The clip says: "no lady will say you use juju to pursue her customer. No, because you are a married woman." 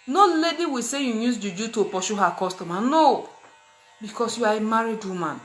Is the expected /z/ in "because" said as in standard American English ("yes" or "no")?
no